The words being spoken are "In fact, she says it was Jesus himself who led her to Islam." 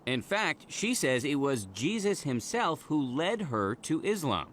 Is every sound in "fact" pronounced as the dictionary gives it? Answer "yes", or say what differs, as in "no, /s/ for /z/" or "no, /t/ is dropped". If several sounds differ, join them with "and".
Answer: yes